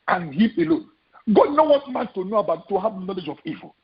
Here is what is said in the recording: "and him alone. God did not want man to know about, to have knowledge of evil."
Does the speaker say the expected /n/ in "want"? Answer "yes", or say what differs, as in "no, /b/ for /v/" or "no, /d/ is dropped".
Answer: no, /n/ is dropped